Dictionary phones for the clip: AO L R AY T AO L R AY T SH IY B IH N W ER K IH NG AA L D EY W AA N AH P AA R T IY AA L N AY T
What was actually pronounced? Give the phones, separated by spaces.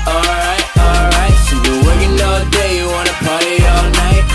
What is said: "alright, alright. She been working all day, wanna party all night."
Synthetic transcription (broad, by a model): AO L R AY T AO L R AY T S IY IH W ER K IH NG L D EY W AA N AH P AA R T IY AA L N AY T